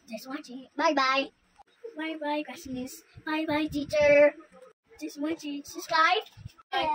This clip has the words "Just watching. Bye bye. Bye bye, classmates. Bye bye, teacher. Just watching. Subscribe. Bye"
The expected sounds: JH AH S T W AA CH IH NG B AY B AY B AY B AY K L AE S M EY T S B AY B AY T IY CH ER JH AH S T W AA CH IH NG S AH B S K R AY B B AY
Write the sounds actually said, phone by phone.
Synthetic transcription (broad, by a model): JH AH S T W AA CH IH B AY B AY B AY B AY K W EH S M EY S B AY B AY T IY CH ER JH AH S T W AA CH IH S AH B S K R AY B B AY